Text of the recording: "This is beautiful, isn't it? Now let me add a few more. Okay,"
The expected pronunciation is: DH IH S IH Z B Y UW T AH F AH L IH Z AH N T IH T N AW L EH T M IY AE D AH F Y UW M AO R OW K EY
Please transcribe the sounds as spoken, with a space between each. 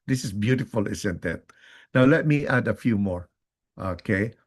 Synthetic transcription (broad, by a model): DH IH S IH S B Y UW T AH F AH L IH S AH N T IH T N AW L EH T M IY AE D AH F Y UW M AO R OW K EY